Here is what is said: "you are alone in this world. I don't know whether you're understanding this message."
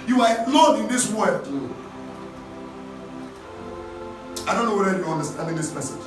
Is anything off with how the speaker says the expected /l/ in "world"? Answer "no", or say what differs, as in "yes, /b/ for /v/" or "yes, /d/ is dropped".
yes, /l/ is dropped